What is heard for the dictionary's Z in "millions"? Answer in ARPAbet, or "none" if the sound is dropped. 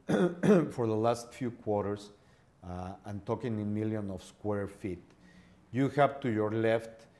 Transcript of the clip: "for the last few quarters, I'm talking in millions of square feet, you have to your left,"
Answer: none